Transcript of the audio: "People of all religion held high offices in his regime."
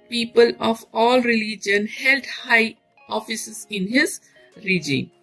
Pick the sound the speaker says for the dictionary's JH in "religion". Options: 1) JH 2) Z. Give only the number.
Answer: 1